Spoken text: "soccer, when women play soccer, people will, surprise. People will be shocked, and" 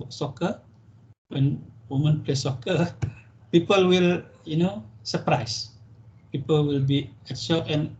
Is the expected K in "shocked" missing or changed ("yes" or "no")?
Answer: yes